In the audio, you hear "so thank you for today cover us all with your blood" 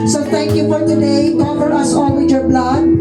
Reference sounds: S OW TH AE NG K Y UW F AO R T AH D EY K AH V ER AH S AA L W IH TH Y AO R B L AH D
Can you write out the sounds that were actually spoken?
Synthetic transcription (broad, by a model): S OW T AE NG K Y UW F AO R T AH D EY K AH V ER AH S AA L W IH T Y AO R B L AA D